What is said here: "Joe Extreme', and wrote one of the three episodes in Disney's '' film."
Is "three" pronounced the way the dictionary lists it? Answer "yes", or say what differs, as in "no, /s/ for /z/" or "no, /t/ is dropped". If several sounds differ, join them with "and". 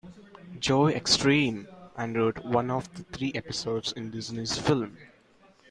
no, /t/ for /θ/